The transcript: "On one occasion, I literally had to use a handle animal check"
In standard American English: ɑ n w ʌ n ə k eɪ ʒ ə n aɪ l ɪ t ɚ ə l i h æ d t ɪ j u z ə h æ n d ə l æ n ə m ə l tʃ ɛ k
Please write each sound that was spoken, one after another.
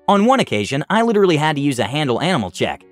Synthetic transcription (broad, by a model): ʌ n w ʌ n ə k eɪ ʒ ə n aɪ l ɪ t ɚ l i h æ d t ɪ j u z ə h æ n d l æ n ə m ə l tʃ ɛ k